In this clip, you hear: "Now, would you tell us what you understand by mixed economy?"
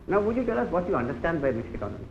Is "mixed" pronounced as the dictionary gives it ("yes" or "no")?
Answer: no